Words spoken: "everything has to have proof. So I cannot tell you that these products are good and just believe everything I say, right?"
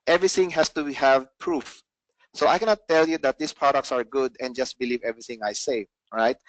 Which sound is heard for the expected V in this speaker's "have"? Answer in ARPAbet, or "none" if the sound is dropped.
V